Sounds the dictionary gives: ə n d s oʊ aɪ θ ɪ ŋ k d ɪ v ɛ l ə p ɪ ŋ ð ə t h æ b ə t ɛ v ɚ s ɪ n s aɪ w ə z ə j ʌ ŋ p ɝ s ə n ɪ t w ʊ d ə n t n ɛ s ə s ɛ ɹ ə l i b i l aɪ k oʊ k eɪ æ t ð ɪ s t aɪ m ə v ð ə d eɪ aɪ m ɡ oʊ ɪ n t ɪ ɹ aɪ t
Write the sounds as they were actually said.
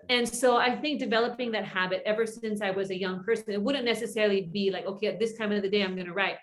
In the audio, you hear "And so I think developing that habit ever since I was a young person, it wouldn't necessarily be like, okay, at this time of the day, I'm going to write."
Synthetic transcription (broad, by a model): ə n s oʊ aɪ θ ɪ ŋ k d ɪ v ɛ l ə p ɪ ŋ ð ə t h æ b ə t ɛ v ɚ s ɪ n s aɪ w ə z ə j ʌ ŋ p ɝ s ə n ɪ t w ʊ d n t n ɛ s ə s ɛ ɹ l i b i l aɪ k oʊ k eɪ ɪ t ð ɪ s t aɪ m ə v ð ə d eɪ aɪ m ɡ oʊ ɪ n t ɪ ɹ aɪ t